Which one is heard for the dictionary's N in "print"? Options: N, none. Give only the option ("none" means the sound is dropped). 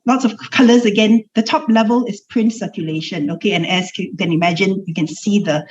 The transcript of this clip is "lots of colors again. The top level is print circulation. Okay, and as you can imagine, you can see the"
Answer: N